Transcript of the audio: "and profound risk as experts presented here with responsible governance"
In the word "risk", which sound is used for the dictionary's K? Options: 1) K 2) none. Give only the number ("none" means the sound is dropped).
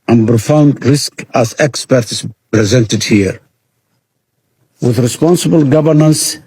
1